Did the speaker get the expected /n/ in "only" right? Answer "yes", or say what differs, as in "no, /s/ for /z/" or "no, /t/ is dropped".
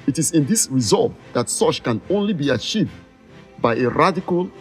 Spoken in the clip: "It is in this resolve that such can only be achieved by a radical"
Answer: yes